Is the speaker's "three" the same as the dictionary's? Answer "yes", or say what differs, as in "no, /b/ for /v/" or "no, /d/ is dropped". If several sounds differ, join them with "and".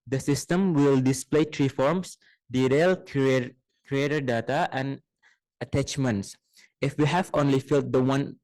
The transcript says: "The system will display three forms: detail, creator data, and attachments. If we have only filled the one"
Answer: no, /t/ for /θ/